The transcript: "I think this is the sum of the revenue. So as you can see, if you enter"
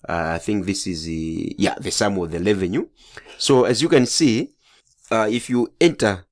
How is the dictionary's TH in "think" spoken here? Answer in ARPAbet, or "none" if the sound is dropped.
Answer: TH